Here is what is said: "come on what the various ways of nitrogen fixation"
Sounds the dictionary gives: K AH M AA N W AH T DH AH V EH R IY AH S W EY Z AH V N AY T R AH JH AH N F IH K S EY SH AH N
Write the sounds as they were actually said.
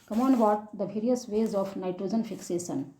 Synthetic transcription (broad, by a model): K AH M AA N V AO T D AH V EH R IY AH S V EY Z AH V N AY T R AH JH AH N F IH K S EY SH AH N